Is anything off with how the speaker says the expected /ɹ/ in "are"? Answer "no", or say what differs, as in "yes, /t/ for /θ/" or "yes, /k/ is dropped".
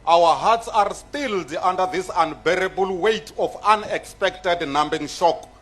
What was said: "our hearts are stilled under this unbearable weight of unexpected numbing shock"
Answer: no